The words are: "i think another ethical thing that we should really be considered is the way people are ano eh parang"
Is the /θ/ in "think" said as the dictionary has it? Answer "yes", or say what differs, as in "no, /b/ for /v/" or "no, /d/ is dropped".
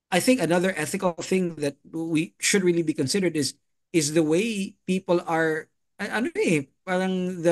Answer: yes